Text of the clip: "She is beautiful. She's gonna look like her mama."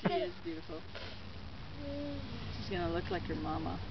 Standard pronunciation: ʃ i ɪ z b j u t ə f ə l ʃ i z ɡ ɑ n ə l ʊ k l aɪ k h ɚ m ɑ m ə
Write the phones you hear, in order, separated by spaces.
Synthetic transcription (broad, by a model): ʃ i ɪ z b j u t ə f l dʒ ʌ s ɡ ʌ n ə l ʊ k l aɪ k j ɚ m ɑ m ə